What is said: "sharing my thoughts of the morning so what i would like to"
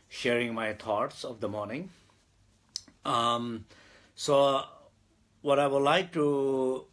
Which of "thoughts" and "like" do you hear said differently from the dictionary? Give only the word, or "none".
thoughts